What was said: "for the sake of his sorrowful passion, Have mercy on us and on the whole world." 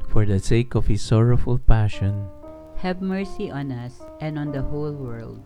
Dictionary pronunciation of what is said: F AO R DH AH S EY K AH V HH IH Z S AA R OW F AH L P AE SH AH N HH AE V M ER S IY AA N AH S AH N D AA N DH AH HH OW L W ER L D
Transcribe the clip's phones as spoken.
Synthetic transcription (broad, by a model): F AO R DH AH S EY K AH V HH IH S AA R OW F AH L P AE SH AH N HH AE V M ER S IY AA N AH S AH N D AA N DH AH HH OW L W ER L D